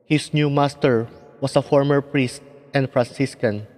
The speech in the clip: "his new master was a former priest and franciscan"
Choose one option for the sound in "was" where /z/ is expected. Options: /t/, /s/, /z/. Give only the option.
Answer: /s/